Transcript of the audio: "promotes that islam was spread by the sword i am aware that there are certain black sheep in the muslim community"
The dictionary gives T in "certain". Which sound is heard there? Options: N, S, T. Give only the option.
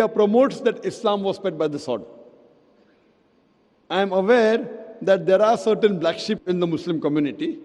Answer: T